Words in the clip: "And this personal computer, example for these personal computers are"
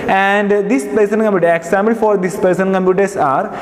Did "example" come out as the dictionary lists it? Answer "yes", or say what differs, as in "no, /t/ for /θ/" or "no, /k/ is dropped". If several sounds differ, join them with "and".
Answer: no, /b/ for /p/